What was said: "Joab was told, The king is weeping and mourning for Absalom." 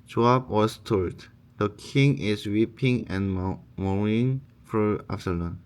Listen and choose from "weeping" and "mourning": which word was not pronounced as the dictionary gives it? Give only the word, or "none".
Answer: mourning